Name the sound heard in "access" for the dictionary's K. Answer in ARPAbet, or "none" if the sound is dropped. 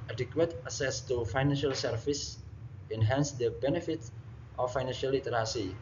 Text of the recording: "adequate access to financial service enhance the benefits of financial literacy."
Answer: none